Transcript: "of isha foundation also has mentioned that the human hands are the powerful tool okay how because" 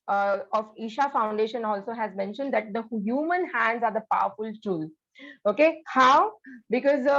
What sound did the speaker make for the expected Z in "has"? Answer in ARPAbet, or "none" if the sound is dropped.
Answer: Z